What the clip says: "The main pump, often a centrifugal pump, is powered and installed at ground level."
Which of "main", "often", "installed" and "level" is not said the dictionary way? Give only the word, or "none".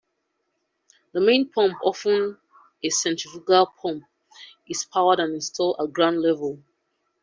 installed